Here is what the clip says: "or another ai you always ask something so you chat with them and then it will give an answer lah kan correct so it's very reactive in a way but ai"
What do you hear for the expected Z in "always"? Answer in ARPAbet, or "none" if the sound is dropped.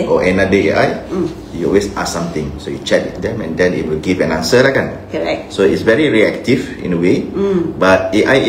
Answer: S